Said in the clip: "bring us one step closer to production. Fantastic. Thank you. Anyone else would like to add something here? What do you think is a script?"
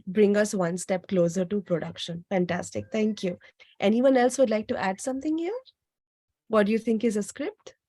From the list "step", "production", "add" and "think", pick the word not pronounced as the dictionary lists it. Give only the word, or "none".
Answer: think